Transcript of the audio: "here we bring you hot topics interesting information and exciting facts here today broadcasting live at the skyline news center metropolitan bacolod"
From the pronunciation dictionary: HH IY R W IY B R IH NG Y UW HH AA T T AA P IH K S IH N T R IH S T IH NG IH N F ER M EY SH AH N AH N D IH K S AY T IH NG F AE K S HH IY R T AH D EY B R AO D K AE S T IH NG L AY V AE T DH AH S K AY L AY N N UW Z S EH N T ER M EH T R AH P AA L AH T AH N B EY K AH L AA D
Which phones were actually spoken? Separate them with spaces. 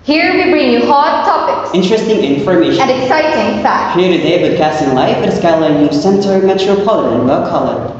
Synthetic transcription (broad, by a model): HH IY R W IY B R IH NG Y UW HH AA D T AA P IH K S IH N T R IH S T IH NG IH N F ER M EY AH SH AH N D IH K S AY T IH NG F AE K HH IY R T AH D EY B IH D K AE S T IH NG L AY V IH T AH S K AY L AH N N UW S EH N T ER M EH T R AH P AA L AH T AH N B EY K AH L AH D